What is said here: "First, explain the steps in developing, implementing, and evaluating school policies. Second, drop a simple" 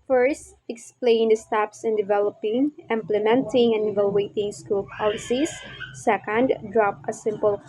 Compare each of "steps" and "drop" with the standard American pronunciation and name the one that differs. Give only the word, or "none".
none